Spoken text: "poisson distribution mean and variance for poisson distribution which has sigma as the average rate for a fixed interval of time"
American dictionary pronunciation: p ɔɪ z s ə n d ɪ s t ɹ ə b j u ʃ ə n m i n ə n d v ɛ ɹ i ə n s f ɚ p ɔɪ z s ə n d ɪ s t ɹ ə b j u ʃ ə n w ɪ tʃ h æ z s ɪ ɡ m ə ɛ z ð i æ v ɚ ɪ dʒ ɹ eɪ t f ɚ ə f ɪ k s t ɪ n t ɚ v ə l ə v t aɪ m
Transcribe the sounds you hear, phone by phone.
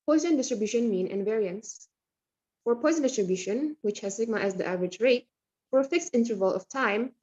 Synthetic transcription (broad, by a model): p ɔɪ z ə n d ɪ s t ɹ ə b j u ʃ ə n m i n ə n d v ɛ ɹ i ə n s f ɚ p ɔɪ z ə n d ɪ s t ɹ ə b j u ʃ ə n w ɪ tʃ h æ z s ɪ ɡ m ə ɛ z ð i æ v ɚ ɪ dʒ ɹ eɪ t f ɚ ə f ɪ k s t ɪ n t ɚ v ə l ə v t aɪ m